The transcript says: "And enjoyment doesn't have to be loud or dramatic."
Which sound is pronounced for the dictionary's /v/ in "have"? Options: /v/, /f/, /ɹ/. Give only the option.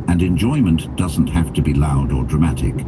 /f/